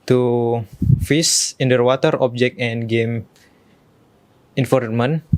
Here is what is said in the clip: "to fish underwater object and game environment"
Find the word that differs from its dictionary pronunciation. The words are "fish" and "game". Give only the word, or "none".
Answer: fish